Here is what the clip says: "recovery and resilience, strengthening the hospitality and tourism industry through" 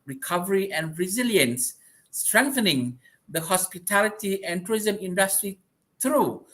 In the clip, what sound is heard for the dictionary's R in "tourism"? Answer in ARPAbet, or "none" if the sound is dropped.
none